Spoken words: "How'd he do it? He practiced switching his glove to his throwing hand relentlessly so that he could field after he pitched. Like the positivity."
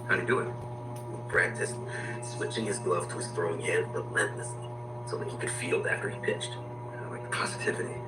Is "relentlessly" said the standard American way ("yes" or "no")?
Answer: no